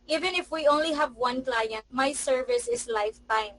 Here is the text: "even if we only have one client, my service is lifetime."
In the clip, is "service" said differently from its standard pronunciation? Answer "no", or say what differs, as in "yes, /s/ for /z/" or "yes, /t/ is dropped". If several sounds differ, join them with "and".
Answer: no